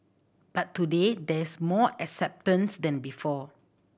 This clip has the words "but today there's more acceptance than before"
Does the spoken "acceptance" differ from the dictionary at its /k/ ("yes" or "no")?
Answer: no